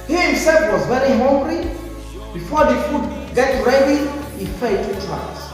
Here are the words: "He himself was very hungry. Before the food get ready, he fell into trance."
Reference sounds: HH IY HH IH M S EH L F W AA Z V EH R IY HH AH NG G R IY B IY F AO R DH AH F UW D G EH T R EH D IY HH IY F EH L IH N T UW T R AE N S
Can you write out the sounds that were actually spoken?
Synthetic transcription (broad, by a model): HH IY HH IH M S EH L F W AA Z V EH R IY HH AH NG G R IY B IY F AO R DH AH F UW D G EH T R EH D IY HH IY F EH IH T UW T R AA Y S